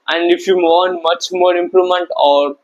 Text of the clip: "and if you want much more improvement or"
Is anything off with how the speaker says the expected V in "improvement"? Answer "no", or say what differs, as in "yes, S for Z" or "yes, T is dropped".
yes, V is dropped